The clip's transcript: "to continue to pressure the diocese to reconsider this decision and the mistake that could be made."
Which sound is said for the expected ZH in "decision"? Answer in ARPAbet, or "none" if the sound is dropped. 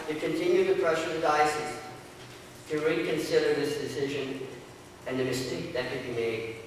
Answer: ZH